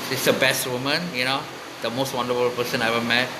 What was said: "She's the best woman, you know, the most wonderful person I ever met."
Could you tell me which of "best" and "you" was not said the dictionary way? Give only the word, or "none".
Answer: none